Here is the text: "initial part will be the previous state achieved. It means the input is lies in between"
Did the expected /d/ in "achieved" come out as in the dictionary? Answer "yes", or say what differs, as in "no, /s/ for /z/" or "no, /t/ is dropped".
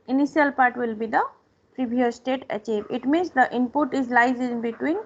no, /d/ is dropped